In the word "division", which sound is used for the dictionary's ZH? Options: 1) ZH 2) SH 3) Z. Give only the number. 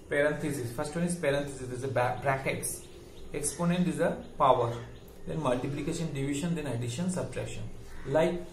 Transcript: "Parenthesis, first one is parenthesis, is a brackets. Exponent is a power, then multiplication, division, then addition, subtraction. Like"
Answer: 2